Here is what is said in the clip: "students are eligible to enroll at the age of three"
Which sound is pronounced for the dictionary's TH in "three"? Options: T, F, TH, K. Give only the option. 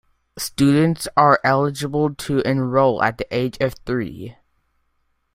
TH